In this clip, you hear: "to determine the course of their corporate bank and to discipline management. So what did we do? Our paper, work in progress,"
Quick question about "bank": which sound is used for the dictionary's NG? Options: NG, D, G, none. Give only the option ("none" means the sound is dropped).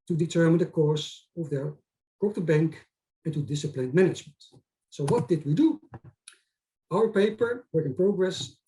NG